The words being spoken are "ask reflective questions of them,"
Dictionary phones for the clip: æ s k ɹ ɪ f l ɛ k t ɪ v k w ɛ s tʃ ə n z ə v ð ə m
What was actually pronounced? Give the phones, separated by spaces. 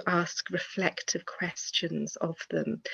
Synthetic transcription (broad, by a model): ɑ s k ɹ ɪ f l ɛ k t ɪ v k w ɛ s tʃ ə n z ə v ð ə m